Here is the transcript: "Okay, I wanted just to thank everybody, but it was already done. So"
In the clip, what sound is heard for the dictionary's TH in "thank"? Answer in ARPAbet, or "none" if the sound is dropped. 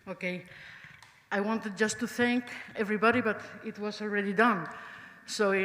TH